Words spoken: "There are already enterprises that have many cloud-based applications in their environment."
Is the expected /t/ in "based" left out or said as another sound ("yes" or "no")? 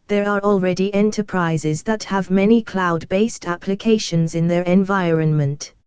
no